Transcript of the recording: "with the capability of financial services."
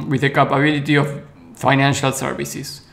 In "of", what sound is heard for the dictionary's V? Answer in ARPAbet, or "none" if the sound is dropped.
F